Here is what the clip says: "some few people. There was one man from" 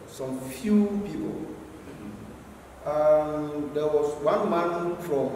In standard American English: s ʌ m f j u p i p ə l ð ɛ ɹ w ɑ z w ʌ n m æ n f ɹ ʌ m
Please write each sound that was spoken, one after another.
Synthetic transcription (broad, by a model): s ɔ m f j u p i p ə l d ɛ w ɑ s w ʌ n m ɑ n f ɹ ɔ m